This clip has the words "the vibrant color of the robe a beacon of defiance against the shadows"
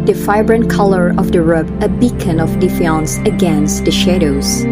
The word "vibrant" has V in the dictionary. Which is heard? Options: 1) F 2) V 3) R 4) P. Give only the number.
1